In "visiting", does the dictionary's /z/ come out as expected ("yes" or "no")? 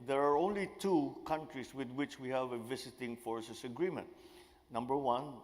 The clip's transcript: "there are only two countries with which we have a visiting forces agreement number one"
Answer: no